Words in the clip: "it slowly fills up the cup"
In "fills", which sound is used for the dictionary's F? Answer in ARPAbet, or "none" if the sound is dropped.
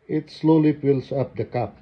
P